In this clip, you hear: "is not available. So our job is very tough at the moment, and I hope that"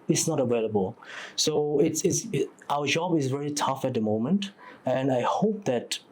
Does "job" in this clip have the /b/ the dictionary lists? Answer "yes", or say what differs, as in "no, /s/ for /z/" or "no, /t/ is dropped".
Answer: yes